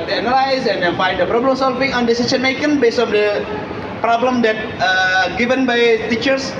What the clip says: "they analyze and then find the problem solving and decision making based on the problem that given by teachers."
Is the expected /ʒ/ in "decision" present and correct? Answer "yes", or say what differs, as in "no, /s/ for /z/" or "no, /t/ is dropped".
no, /s/ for /ʒ/